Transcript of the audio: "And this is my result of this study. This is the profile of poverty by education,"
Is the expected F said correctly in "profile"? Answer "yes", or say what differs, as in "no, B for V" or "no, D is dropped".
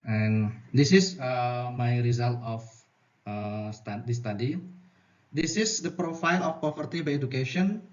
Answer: yes